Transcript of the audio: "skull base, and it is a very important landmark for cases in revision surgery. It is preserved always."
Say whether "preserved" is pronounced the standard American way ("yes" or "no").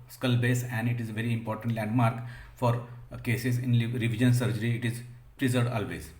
no